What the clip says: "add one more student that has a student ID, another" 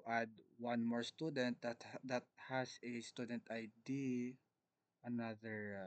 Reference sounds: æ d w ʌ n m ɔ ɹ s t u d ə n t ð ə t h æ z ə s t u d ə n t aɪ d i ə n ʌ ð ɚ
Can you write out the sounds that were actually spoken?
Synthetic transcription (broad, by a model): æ d w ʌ n m ɔ ɹ s t u d ə n t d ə t h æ s ə s t u d ə n t aɪ d i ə n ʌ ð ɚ